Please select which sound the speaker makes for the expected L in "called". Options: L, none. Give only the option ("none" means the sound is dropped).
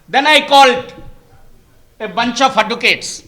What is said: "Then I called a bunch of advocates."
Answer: L